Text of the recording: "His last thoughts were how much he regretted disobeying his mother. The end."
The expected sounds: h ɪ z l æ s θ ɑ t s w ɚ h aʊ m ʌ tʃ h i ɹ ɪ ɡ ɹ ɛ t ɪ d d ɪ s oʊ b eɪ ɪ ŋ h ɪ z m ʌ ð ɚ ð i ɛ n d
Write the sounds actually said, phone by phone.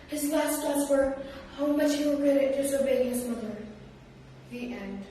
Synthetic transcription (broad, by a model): h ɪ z l æ s t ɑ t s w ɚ h aʊ m ʌ tʃ h i w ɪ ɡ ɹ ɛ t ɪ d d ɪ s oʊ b eɪ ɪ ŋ h ɪ z m ʌ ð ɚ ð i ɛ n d